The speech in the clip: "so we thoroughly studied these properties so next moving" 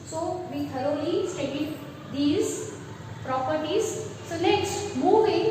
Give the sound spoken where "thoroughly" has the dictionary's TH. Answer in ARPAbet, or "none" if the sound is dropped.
T